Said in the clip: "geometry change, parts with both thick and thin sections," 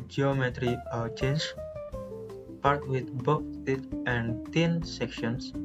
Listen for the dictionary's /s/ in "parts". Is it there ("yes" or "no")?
no